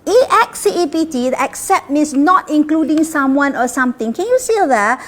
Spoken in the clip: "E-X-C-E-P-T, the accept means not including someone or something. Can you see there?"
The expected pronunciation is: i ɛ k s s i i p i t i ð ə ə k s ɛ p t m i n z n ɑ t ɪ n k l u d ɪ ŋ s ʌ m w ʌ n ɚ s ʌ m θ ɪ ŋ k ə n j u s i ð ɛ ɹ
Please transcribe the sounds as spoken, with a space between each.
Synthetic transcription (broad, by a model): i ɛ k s s i i p i t i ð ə ə k s ɛ p t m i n s n ɑ t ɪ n k l u d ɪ ŋ s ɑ m w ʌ n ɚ s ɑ m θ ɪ ŋ k ə n j u s i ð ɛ